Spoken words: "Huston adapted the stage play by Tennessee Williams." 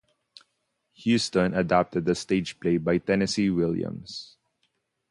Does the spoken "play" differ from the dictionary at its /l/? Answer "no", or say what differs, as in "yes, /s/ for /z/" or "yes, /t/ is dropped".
no